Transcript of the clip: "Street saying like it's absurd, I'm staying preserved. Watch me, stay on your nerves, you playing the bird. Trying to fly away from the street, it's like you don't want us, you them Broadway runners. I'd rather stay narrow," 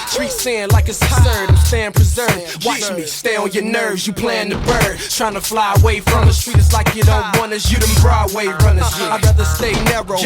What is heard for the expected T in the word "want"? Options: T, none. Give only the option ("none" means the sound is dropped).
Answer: none